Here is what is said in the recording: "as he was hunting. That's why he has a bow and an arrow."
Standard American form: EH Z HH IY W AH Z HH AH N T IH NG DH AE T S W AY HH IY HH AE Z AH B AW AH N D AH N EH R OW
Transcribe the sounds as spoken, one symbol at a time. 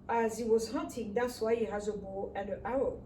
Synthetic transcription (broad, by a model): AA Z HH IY W AH Z HH AH N T IH NG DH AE T S W AY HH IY HH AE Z AH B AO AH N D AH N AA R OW